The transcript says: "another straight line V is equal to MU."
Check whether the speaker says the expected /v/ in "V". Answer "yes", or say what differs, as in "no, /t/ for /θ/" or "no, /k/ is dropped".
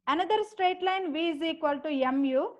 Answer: yes